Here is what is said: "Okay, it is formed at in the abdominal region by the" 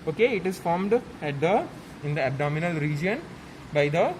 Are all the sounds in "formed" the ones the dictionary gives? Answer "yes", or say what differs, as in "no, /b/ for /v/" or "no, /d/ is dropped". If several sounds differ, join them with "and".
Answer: yes